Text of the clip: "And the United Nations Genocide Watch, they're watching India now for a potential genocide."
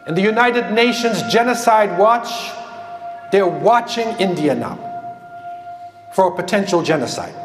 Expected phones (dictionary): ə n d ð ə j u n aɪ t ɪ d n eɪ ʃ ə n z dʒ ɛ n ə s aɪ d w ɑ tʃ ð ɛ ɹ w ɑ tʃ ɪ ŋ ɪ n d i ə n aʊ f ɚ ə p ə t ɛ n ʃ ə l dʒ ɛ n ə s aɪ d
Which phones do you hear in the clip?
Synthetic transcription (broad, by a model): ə n ð ə j u n aɪ t ɪ d n eɪ ʃ ə n z dʒ ɛ n ə s aɪ d w ɑ tʃ ð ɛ ɹ w ɑ tʃ ɪ ŋ ɪ n d i ə n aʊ f ɚ ə p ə t ɛ n ʃ l dʒ ɛ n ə s aɪ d